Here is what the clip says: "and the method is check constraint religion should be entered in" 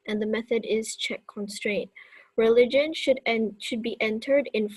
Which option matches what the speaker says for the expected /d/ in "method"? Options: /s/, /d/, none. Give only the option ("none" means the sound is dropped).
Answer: /d/